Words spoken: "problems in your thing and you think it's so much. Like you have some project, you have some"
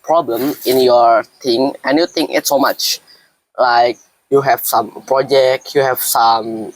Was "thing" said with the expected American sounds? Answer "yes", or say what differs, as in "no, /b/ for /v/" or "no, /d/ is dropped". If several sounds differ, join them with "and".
no, /t/ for /θ/